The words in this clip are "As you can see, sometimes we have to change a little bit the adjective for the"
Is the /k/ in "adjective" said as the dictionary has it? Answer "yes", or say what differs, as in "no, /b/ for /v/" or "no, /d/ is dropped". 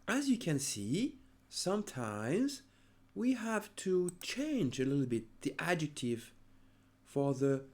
yes